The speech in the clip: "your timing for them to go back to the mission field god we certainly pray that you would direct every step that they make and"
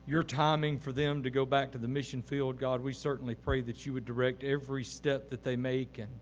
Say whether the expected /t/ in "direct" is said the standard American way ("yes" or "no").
yes